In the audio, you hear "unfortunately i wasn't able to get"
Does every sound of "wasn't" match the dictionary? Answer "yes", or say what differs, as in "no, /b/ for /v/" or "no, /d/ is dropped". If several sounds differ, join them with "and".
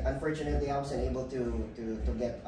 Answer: no, /t/ is dropped